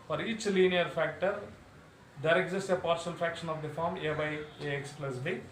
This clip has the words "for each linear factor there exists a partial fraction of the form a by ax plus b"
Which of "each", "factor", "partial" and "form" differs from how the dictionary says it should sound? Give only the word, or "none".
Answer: partial